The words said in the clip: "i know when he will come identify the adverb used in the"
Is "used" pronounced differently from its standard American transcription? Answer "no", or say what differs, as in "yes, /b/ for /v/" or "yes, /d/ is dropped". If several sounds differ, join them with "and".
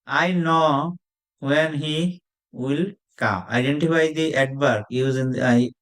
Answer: yes, /d/ is dropped